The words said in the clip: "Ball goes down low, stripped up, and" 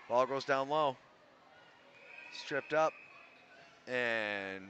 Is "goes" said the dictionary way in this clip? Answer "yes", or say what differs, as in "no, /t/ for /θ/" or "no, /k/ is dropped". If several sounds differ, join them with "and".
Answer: yes